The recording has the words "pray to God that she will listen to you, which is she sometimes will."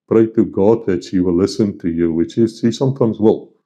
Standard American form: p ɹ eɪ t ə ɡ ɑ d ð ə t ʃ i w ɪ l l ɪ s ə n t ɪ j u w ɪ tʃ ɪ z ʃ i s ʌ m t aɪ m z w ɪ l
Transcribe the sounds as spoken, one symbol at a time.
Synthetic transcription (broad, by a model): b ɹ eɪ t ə ɡ ɑ d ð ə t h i w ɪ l l ɪ s ə n t ɪ j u w ɪ tʃ ɪ z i s ʌ m t aɪ m z w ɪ l